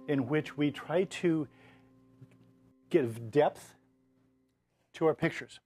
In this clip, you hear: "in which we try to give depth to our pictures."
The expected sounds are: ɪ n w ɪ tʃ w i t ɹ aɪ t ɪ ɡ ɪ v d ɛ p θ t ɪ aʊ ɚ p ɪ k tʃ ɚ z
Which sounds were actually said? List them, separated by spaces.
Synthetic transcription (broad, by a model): ɪ n w ɪ tʃ w i t ɹ aɪ t ɪ ɡ ɪ v d ɛ p θ t ɪ aʊ ɚ p ɪ k tʃ ɚ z